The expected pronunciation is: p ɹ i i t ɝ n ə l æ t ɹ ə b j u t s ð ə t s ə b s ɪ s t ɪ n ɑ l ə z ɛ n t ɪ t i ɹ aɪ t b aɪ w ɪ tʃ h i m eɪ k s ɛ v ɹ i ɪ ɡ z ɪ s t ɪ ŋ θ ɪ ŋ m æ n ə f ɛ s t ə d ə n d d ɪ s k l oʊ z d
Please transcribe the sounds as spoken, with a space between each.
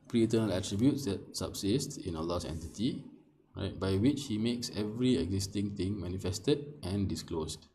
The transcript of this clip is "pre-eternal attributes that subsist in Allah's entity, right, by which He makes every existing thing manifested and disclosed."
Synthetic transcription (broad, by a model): p ɹ i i t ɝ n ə l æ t ɹ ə b j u t s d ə t s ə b s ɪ s t ɪ n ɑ l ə s ɛ n t ɪ t i ɹ aɪ t b aɪ w ɪ tʃ h i m eɪ k s ɛ v ɹ i ɪ ɡ z ɪ s t ɪ ŋ t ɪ ŋ m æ n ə f ɛ s t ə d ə n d d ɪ s k l oʊ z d